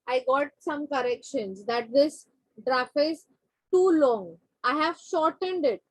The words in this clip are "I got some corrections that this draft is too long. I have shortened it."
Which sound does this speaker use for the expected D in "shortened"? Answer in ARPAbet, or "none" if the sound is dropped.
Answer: D